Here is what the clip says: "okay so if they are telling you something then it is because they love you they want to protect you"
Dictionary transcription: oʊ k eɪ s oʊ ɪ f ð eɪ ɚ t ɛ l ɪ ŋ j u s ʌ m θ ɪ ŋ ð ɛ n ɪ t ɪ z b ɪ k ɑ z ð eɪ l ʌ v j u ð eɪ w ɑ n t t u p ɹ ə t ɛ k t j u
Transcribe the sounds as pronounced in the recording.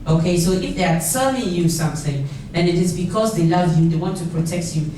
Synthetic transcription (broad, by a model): oʊ k eɪ s oʊ ɪ f ð eɪ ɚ s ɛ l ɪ j u s ʌ m θ ɪ ŋ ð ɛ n ɪ t ɪ z b ɪ k ɑ z ð eɪ l ʌ v j u ð eɪ w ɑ n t t u p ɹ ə t ɛ k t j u